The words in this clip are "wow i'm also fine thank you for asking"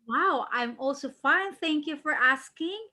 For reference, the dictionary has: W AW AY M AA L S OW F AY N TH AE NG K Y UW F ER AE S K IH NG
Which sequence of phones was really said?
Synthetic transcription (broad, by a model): W AW AY M AA L S OW F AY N TH AE NG K Y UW F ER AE S K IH NG